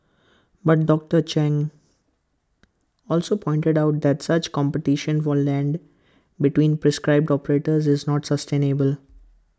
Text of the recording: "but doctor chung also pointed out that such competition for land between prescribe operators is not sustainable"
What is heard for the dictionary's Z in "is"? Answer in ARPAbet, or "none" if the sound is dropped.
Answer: Z